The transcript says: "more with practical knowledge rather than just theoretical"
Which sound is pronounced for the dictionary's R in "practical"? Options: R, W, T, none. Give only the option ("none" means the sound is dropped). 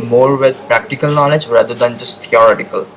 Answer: R